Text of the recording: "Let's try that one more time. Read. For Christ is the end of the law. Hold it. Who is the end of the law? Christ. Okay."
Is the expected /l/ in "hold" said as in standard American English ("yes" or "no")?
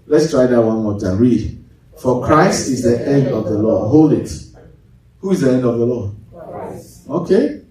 yes